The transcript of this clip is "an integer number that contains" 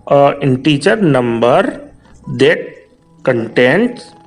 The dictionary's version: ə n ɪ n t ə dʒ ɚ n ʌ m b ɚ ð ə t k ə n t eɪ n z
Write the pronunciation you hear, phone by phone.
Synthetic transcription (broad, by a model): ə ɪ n t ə tʃ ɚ n ʌ m b ɚ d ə t k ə n t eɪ n